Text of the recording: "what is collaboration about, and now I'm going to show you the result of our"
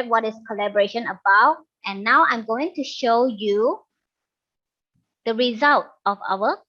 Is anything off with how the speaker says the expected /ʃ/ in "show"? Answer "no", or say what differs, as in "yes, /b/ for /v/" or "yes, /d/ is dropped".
no